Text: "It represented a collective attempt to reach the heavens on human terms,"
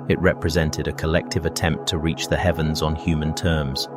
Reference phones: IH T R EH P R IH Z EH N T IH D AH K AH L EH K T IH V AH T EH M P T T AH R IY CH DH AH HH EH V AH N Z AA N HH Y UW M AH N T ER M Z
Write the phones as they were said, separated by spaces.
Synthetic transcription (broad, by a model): IH T R EH P R IH Z EH N T IH D AH K AH L EH K T IH V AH T EH M P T T AH R IY CH DH AH HH EH V AH N Z N HH Y UW M AH N T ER M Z